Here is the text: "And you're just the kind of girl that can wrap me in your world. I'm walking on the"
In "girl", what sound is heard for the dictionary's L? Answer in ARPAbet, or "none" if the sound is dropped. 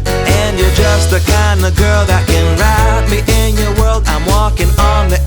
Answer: L